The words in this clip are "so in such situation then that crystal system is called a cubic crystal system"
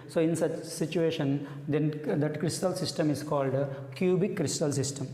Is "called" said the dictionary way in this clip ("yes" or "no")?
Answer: yes